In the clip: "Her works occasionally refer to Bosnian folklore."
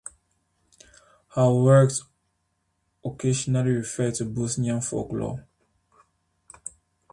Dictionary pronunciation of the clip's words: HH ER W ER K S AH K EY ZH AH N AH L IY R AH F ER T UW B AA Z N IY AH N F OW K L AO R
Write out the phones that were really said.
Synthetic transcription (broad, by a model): HH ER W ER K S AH K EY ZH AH N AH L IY R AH F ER T UW B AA S N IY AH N F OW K L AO